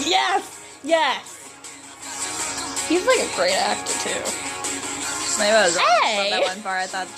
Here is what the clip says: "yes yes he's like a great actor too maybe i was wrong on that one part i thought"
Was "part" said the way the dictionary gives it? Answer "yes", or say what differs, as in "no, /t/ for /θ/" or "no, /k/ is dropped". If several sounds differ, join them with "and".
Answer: no, /t/ is dropped